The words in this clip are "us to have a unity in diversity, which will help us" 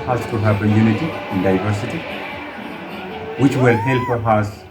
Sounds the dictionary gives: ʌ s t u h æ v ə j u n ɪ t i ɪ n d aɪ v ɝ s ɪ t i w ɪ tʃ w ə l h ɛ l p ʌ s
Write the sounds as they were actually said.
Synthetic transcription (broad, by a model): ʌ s t u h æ b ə j u n ɪ t i ɪ n d aɪ v ɝ s ɪ t i w ɪ tʃ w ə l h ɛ l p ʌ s